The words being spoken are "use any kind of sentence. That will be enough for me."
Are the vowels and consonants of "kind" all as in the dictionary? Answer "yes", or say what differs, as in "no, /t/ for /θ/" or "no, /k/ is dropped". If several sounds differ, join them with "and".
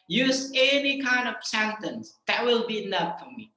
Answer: yes